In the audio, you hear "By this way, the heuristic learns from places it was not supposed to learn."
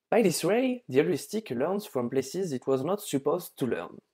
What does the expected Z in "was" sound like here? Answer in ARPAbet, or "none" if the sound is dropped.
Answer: Z